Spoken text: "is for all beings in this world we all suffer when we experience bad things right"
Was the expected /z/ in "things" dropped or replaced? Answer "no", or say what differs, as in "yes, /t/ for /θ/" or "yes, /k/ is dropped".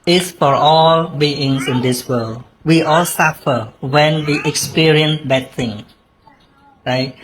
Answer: yes, /z/ is dropped